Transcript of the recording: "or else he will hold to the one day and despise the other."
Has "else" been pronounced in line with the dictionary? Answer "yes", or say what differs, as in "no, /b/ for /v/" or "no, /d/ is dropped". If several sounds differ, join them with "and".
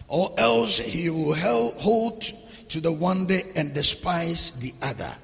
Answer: yes